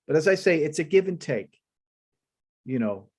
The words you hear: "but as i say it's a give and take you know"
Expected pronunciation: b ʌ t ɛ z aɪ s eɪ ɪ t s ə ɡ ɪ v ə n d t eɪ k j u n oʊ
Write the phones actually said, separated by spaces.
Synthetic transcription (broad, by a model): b ʌ t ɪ z aɪ s eɪ ɪ t s ə ɡ ɪ v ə n t eɪ k j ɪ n oʊ